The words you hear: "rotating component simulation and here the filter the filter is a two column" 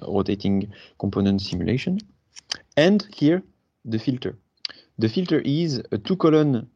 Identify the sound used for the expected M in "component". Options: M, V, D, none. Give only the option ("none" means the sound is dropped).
M